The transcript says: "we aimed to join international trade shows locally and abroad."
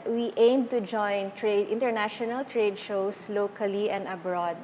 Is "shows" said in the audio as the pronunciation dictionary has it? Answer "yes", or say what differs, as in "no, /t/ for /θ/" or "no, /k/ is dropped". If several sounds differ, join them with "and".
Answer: no, /s/ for /z/